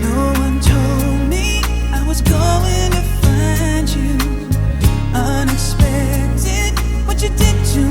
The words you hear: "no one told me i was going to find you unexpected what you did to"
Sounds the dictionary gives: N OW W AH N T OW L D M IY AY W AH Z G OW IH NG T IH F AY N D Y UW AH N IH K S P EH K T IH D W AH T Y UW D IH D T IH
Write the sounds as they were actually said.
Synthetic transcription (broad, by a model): N OW W AH N T OW L D M IY AY W AH Z G OW IH NG T IH F AY N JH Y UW AH N IH K S P EH K T IH D W AH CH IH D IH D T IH